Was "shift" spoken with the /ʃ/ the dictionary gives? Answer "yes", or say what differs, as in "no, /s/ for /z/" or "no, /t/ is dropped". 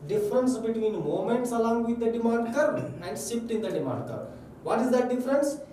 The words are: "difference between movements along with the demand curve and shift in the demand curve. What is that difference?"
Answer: no, /s/ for /ʃ/